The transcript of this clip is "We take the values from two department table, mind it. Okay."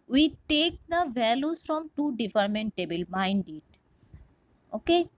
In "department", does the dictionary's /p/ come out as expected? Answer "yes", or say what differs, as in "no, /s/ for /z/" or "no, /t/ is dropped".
no, /f/ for /p/